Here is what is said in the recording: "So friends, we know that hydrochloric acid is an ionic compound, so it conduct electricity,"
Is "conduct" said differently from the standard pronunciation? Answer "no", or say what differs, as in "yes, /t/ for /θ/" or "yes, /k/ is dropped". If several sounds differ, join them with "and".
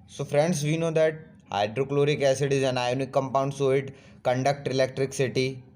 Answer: no